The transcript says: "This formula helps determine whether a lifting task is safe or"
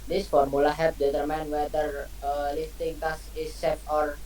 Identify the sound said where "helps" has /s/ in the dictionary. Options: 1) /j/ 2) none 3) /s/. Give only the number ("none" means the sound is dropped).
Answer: 2